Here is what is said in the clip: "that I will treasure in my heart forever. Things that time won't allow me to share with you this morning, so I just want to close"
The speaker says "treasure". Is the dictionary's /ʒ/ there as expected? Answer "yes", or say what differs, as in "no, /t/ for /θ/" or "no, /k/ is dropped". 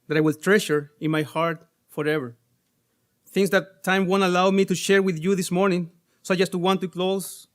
no, /ʃ/ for /ʒ/